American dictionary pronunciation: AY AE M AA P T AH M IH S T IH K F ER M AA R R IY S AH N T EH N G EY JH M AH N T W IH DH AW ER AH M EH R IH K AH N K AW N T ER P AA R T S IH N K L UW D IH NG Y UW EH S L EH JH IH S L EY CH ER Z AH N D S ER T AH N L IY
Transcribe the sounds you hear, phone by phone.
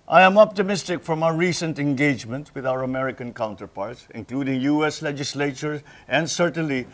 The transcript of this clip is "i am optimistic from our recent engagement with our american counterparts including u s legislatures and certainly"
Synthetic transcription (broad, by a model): AY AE M AA P T AH M IH S T IH K F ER M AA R R IY S AH N T EH N G EY JH M AH N T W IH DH AW ER AH M EH R IH K AH N K AW N T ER P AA R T S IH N K L UW D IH NG Y UW EH S L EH JH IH S L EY CH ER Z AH N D S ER T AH N L IY